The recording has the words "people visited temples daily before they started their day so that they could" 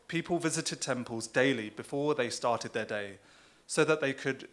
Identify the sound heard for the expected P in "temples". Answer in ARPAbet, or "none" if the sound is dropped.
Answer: P